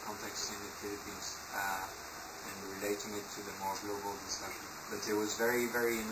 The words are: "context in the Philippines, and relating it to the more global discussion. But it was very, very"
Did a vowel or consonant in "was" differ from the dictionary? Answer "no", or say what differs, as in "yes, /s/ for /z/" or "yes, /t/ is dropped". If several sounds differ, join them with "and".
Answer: no